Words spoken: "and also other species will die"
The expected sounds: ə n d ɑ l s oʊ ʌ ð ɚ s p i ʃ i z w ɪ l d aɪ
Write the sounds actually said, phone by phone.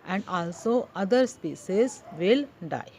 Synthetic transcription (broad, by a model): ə n d ɑ l s oʊ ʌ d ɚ s p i s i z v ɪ l d aɪ